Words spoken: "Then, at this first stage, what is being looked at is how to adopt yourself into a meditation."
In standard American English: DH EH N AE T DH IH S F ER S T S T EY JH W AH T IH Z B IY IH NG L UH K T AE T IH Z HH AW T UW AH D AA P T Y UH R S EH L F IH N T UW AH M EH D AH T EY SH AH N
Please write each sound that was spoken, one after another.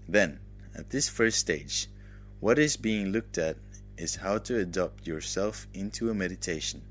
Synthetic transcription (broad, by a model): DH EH N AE T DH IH S F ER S S T EY JH W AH T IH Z B IY IH NG L UH K T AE T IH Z HH AW T UW AH D AA P T Y UH R S EH L F IH N T UW AH M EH D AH T EY SH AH N